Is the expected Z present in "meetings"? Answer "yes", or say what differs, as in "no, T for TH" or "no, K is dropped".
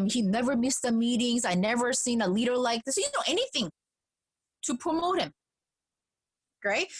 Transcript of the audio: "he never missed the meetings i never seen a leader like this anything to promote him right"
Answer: yes